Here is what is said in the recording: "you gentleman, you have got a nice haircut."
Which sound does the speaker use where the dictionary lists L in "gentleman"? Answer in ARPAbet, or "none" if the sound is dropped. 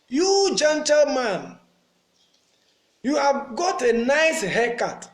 L